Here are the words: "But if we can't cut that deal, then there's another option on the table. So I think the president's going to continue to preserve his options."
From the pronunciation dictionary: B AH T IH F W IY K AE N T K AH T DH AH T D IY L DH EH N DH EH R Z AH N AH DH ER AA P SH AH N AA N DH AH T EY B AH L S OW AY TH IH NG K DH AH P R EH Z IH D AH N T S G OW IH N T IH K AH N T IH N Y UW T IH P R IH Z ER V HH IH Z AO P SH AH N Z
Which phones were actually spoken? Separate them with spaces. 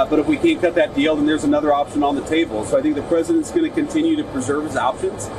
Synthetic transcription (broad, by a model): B AH T IH F W IY K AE N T K AH T DH AH T D IY L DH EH N DH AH R Z AH N AH DH ER AA P SH AH N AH N DH AH T EY B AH L S OW AY TH IH NG K DH AH P R EH Z IH D AH N T S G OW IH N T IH K AH N T IH N Y UW T IH P R IH Z ER V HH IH Z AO P SH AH N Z